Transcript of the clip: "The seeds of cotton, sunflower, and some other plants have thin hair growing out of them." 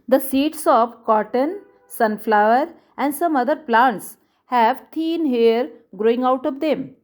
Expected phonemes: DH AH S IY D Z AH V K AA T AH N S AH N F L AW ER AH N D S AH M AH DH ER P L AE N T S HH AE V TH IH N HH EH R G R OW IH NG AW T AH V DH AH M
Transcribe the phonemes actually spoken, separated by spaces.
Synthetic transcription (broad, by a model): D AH S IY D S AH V K AA T AH N S AH N F L AW ER AH N D S AH M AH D ER P L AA N T S HH AE V T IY N HH EH R G R OW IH NG AW T AH V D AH M